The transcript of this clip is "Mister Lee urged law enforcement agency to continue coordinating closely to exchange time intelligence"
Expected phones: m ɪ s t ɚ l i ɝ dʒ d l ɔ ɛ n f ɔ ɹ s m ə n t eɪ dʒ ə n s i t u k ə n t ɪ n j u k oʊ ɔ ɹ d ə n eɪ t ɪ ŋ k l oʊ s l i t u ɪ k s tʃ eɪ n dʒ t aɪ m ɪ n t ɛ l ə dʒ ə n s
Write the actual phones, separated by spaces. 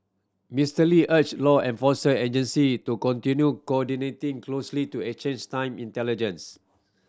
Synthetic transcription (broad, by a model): m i s t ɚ l i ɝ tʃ l ɔ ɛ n f ɔ s ə eɪ dʒ ə n s i t u k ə n t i n j u k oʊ ɔ d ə n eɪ t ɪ ŋ k l oʊ s l i t u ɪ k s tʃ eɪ n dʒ t aɪ m ɪ n t ɛ l ə dʒ ə n s